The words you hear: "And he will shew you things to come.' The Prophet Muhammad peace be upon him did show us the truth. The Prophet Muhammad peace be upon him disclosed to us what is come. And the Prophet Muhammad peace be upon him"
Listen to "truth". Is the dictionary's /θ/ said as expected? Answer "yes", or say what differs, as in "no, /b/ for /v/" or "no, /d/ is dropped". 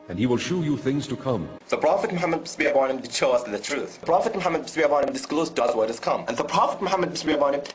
yes